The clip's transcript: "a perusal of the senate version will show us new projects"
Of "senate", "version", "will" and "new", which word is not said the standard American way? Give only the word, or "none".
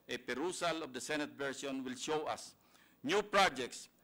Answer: version